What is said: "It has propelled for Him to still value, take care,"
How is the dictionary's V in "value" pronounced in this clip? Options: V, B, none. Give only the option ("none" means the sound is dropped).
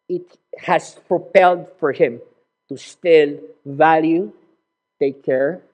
V